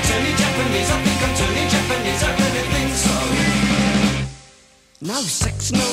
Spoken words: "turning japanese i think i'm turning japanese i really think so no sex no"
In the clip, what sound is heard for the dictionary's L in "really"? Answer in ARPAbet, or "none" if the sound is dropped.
N